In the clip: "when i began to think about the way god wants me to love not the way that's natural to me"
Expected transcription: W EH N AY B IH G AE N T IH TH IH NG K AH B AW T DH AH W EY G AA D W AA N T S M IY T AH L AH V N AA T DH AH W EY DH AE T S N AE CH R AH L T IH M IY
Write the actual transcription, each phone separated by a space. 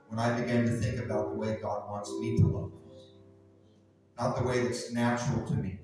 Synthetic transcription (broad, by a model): W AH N AY B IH G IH N T IH TH IH NG K AH B AW T DH AH W EY G AA D W AA N T S M IY T AH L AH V N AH T DH AH W EY DH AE T S N AE CH R L T IH M IY